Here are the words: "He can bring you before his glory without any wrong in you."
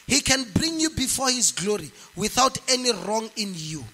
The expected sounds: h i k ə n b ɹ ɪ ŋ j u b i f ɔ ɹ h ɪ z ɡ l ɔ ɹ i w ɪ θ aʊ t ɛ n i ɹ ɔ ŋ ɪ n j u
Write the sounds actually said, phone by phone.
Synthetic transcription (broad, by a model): h i k ə n b ɹ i ŋ j u b i f ɔ h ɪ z ɡ l ɔ ɹ i w ɪ θ aʊ t ɛ n i ɹ ɔ ŋ ɪ n j u